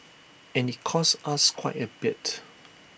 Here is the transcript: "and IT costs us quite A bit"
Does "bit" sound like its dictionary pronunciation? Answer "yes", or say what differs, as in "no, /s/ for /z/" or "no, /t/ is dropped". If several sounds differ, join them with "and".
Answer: yes